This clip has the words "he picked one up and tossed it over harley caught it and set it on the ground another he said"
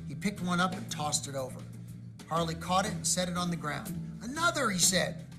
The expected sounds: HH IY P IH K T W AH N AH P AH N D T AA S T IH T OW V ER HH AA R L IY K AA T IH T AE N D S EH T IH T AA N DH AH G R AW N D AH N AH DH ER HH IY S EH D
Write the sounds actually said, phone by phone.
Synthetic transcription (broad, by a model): HH IY P IH K T W AH N AH P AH N T AA S T IH T OW V ER HH AA R L IY K AA T IH T N S EH T IH T N DH AH G R AW N D AH N AH DH ER IY S EH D